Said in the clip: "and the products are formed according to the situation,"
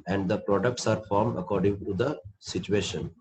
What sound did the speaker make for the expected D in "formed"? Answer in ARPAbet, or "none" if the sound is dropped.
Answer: D